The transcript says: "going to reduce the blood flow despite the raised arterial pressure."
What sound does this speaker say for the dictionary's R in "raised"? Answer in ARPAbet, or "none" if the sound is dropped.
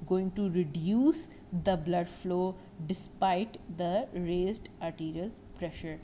R